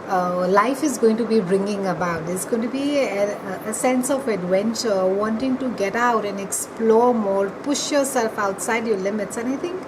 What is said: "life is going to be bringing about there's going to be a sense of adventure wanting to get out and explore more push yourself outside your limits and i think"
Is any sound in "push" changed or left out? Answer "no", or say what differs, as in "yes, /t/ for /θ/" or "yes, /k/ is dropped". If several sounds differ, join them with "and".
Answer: no